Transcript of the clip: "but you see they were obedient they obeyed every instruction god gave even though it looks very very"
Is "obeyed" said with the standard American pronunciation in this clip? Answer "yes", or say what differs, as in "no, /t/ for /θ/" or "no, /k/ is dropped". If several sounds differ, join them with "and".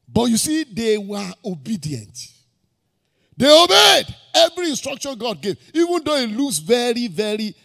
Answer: yes